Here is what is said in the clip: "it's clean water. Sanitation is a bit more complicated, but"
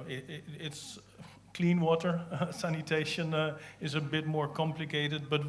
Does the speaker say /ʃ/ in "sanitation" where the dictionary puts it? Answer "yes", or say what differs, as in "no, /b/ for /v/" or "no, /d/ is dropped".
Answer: yes